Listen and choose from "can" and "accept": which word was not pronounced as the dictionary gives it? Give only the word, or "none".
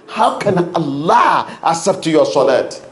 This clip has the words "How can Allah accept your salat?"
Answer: accept